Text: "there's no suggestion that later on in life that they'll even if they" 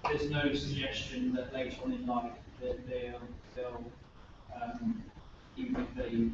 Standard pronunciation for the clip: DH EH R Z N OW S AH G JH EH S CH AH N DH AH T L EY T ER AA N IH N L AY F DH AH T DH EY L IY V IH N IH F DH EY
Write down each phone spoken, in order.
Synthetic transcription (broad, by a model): DH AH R Z N OW S AH G JH EH S CH AH N DH AH T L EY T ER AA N IH N L AY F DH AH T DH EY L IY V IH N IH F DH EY